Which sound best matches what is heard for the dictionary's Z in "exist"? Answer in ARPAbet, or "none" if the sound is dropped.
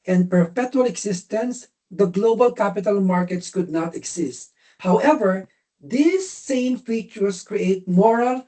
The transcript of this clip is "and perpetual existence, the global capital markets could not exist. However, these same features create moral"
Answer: S